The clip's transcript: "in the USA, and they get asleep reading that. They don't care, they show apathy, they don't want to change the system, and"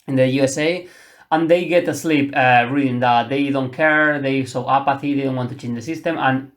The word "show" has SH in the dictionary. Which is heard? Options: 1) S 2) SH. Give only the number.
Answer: 1